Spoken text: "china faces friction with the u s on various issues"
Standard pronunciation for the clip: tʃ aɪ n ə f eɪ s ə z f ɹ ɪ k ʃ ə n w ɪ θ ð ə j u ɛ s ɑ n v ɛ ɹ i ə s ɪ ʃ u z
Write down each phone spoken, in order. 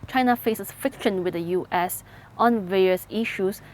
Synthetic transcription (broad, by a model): tʃ aɪ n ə f eɪ s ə s f ɪ k ʃ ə n w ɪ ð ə j u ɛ s ɑ n v ɛ ɹ i ə s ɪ ʃ u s